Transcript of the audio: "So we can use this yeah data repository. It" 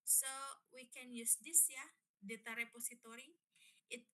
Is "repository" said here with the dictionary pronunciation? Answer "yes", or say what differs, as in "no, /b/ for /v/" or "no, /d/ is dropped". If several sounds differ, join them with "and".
no, /s/ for /z/